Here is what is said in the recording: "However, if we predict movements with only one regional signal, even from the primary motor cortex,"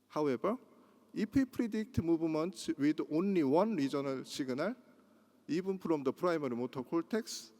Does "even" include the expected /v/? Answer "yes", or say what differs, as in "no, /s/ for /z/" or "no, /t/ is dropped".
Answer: no, /b/ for /v/